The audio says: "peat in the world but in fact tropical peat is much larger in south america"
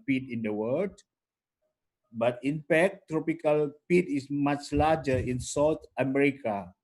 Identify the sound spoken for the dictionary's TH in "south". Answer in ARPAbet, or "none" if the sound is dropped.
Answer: T